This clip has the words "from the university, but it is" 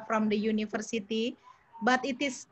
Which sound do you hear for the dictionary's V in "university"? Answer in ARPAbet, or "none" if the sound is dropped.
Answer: F